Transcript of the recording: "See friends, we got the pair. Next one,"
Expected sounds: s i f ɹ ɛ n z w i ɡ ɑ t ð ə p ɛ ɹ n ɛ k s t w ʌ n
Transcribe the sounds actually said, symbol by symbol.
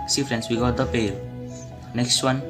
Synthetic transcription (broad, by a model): s i f ɹ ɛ n s w i ɡ ɑ t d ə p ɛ l n ɛ k s t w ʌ n